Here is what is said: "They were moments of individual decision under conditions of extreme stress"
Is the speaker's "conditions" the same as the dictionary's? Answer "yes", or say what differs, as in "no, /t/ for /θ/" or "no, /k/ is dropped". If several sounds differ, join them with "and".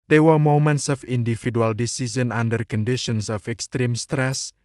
no, /s/ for /z/